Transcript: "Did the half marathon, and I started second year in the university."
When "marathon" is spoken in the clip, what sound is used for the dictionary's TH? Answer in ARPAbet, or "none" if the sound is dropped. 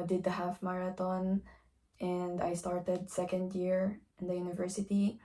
T